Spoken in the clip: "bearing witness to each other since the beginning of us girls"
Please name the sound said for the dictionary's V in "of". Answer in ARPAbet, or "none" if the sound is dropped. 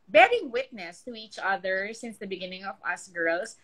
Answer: V